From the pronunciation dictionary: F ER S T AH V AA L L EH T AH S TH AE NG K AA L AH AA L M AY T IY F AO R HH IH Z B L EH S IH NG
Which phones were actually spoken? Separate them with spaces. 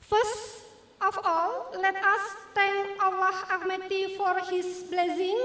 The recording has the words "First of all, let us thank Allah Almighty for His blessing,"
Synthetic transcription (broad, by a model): F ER S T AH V AA L L EH T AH S T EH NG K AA W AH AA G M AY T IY F AO R HH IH S B L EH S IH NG